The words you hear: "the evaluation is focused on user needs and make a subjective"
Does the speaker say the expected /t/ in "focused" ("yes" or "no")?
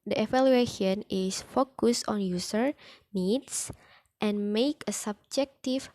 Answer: no